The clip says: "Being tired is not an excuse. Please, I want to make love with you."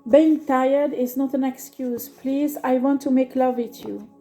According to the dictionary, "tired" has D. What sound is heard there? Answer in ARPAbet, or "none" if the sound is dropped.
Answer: D